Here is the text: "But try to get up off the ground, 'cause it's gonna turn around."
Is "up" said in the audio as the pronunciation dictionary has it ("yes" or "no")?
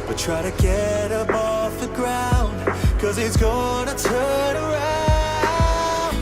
no